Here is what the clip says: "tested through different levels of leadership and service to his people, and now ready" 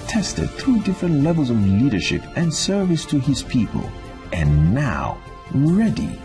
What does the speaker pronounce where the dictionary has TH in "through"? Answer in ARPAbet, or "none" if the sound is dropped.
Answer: TH